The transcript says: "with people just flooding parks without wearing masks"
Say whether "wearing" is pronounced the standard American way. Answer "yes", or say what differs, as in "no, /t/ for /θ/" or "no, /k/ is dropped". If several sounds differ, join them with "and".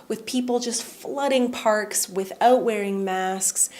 yes